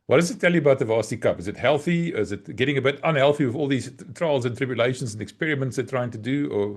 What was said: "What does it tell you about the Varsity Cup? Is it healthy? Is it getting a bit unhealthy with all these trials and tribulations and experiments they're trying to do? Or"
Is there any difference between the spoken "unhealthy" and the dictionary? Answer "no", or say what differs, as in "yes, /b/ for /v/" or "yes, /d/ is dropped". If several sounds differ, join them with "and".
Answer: no